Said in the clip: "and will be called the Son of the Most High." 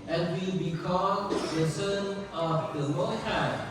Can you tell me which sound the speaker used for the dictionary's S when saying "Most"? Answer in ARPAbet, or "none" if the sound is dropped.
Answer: none